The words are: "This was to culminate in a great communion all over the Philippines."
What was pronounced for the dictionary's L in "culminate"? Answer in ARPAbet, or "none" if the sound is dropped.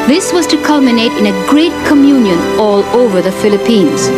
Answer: L